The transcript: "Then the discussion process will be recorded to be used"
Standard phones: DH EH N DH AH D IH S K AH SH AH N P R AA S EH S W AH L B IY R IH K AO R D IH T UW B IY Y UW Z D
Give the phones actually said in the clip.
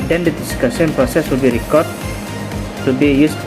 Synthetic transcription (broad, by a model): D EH N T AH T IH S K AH S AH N P R AA S EH S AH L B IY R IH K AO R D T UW B IY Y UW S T